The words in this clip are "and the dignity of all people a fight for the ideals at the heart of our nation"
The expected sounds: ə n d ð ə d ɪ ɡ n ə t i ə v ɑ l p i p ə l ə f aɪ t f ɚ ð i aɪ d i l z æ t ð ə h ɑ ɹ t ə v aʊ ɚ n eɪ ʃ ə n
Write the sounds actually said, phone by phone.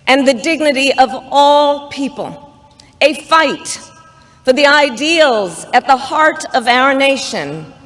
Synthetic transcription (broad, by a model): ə n ð ə d ɪ ɡ n ə t i ə v ɑ l p i p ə l ə f aɪ t f ɚ ð i aɪ d i l z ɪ t ð ə h ɑ ɹ t ə v aʊ ɚ n eɪ ʃ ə n